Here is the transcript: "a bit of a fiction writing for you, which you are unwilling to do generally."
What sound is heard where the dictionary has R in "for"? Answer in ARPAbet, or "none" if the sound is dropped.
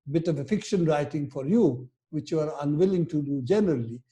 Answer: R